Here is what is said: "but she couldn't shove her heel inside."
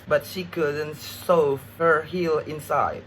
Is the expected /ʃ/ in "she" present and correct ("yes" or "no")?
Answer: yes